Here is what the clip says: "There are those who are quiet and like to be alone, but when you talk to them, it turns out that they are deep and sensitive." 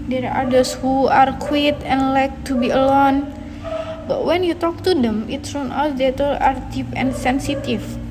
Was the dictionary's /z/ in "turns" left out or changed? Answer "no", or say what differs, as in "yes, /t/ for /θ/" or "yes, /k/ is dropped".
yes, /z/ is dropped